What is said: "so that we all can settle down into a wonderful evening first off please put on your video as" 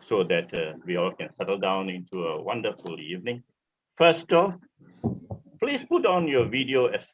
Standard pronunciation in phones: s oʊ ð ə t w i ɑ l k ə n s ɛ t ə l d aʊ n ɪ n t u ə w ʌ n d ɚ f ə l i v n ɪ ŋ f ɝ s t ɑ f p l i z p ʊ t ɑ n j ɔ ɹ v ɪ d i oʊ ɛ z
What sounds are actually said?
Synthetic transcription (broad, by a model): s oʊ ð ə t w i ɑ l k ə n s ɛ t ə l d aʊ n ɪ n t u ə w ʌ n d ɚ f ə l i v n ɪ ŋ f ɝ s t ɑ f p l i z p ʊ t ɑ n j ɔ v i d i oʊ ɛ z